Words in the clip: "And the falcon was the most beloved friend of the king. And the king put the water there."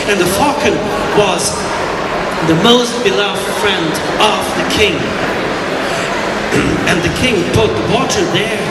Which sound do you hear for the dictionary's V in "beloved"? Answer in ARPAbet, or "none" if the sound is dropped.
V